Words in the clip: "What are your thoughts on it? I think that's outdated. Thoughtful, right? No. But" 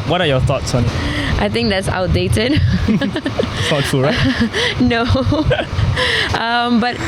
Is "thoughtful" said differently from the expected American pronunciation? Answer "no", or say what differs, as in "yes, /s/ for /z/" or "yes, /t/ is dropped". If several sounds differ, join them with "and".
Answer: yes, /s/ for /θ/